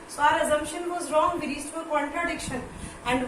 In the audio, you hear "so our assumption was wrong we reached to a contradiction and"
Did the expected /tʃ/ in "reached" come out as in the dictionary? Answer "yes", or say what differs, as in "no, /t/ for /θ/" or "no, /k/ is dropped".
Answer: no, /s/ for /tʃ/